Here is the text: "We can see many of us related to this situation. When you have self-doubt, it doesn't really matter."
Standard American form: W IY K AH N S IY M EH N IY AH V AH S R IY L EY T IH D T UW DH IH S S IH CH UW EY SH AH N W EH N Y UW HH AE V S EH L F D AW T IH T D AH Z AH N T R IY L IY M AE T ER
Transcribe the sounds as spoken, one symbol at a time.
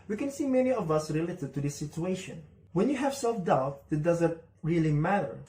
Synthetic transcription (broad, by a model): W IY K AH N S IY M EH N IY AH V AH S R IY L EY T IH D T UW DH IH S S IH CH UW EY SH AH N W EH N Y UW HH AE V S EH L F D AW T IH T D AH Z AH N T R IY L IY M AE T ER